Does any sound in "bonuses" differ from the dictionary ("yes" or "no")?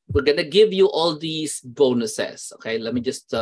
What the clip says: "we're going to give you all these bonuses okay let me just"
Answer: yes